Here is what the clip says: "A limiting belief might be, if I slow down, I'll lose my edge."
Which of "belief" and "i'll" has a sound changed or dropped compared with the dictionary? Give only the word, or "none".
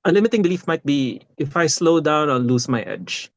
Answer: i'll